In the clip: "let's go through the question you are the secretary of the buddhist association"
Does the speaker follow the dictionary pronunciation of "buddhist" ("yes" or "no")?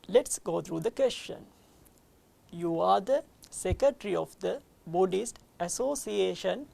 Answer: yes